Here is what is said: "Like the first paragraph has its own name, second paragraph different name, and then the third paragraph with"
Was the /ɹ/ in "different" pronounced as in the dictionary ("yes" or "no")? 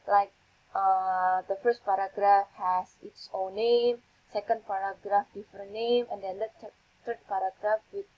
no